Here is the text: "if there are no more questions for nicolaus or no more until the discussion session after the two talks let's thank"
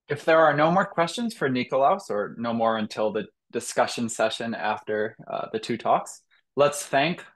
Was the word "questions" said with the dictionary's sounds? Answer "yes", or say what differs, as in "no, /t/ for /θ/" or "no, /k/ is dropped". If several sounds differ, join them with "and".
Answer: yes